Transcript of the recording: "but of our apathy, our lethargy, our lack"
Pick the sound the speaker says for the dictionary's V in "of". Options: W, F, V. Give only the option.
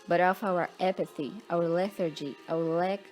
F